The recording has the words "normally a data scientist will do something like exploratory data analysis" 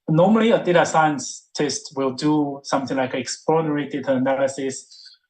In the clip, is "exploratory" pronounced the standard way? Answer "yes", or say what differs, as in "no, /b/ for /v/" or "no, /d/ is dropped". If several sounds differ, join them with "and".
no, /l/ is dropped